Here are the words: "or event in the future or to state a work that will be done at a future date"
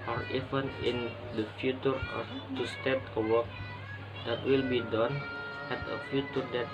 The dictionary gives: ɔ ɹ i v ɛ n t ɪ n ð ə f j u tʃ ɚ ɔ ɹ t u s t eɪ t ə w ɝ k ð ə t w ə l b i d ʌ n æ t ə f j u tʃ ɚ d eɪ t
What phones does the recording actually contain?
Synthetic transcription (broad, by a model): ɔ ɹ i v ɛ n ɪ n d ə f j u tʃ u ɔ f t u s t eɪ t ə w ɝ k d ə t w ə l b i d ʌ n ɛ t ə f j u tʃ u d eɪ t